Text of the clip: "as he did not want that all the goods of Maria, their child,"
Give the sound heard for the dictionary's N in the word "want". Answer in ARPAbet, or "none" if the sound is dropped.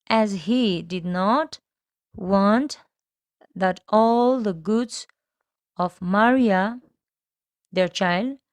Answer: N